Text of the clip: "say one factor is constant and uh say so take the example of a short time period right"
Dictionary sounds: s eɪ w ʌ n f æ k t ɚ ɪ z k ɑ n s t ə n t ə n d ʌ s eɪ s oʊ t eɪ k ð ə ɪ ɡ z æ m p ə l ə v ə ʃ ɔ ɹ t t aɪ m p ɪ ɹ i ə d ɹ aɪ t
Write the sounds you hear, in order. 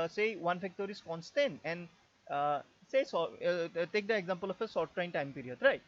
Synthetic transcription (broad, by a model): s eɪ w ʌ n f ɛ k t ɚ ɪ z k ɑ n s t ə n ə n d s eɪ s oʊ t eɪ k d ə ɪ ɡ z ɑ m p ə l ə f ə s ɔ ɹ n t aɪ m p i ɹ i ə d ɹ aɪ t